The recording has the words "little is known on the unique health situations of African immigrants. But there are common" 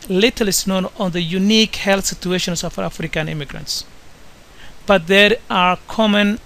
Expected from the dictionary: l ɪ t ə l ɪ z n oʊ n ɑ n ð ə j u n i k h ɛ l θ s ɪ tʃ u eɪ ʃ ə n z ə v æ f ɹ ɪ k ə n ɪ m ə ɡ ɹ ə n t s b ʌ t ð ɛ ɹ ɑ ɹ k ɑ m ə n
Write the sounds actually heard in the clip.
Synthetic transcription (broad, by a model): l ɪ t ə l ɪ s n oʊ n ɑ n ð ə j u n i k h ɛ l θ s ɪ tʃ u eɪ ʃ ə n s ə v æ f ɹ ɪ k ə n ɪ m ə ɡ ɹ ə n t s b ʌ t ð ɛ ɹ ɑ ɹ k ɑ m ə n